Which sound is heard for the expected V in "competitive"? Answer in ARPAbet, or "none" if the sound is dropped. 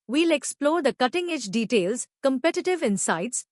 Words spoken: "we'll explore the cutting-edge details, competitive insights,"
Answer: V